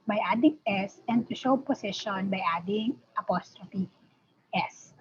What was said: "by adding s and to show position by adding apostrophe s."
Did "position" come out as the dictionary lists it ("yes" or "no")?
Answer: no